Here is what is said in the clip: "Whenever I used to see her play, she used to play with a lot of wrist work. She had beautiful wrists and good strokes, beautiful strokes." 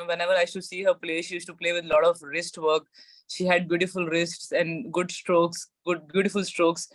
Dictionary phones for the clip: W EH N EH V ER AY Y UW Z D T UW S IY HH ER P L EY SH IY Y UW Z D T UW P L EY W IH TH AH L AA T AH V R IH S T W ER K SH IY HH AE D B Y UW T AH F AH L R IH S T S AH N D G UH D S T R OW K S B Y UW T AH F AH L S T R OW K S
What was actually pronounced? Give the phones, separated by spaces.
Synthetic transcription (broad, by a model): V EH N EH V ER AY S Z T UW S IY HH ER P L EY SH IY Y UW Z T UW P L EY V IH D L AA T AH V R IH S T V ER K SH IY HH AE D B Y UW T AH F AH L R IH S T S AH N D G UH D S T R OW K S B Y UW T AH F AH L S T R OW K S